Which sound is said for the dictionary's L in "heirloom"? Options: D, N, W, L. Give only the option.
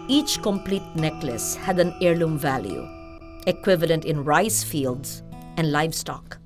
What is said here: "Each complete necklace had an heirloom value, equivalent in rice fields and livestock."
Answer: L